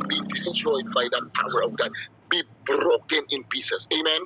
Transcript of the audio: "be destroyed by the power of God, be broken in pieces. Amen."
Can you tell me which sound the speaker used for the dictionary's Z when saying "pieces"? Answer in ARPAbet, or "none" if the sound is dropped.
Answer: S